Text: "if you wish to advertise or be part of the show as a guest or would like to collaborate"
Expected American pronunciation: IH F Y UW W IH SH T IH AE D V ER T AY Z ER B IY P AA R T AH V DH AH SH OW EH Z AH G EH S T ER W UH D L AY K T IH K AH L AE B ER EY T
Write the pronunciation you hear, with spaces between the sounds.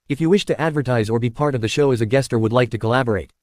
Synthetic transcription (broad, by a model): IH F Y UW W IH SH T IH AE D V ER T AY Z ER B IY P AA R T AH V DH AH SH OW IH Z AH G EH S T ER W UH D L AY K T IH K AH L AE B ER EY T